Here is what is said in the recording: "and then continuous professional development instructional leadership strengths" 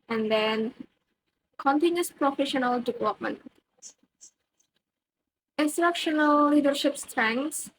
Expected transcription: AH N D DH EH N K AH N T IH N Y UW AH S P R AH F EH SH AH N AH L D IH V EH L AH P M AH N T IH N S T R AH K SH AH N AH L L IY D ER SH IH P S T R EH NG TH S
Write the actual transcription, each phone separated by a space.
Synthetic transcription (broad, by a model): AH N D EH N K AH N T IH N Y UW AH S P R AH F EH SH AH N AH L D IH V EH L AH P M AH N T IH N S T R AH K SH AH N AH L L IY D ER SH IH P S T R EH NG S